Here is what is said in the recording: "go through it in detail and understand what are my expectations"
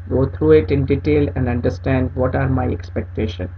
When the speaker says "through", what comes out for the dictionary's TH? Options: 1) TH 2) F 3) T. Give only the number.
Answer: 3